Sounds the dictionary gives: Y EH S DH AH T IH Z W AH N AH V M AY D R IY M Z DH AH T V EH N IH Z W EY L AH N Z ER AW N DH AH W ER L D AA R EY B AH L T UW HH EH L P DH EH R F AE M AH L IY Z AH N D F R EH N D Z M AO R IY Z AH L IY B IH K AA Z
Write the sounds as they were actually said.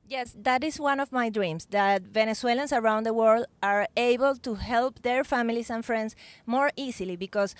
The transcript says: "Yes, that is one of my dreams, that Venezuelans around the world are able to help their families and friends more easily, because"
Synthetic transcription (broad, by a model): Y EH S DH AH T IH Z W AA N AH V M AY D R IY M S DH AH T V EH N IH S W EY L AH N S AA AW N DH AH W ER L D AA R EY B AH L T UW HH EH L P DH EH R F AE M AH L IY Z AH N F R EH N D S M AO R IY S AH L IY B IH K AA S